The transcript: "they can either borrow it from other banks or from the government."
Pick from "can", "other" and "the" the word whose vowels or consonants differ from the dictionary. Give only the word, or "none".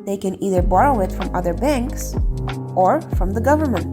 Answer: none